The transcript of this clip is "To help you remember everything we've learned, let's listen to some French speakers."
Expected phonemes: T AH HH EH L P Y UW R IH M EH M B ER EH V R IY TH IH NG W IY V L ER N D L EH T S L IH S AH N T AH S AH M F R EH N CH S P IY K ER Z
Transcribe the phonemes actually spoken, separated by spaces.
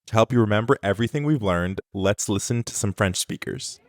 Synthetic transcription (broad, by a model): T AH HH EH L P Y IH R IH M EH M B ER EH V R IY TH IH NG W IY V L ER N D L EH T S L IH S AH N T AH S AH M F R EH N CH S P IY K ER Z